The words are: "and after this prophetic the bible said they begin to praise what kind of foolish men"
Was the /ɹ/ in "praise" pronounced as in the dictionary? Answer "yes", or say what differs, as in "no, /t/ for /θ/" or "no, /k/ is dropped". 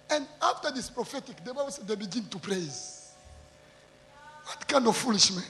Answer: yes